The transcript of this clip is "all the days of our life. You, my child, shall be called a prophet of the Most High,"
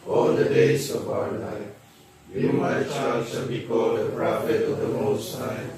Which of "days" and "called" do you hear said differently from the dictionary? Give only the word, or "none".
days